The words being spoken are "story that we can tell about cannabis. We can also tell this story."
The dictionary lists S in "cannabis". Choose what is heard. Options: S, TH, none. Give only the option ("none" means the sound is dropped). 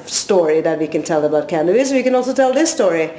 none